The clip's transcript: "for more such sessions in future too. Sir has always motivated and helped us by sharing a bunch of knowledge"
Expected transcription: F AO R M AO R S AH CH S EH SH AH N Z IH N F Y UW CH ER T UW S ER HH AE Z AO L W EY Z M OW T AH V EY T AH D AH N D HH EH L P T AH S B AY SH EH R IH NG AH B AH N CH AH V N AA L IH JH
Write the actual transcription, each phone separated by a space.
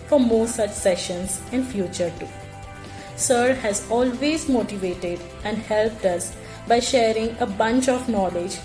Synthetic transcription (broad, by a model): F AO R M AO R S AH CH S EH SH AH N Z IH N F Y UW CH ER T UW S ER HH AE Z AO L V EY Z M OW T AH V EY T AH D AH N D HH EH L P T AH S B AY SH EH R IH NG AH B AH N CH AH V N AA L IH JH